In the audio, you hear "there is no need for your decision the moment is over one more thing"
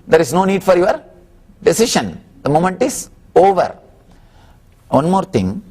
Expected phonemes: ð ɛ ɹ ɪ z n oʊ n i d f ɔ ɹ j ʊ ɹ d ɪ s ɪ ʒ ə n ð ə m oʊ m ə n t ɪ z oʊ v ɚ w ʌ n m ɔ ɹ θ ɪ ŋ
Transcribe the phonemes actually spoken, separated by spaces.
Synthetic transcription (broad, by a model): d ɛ ɹ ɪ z n oʊ n i d f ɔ ɹ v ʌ ɹ d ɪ s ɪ ʃ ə n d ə m oʊ m ə n t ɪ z oʊ v ɚ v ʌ n m ɔ ɹ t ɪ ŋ